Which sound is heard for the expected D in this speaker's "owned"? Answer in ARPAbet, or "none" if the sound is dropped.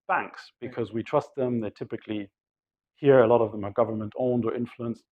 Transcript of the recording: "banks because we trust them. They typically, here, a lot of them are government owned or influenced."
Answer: D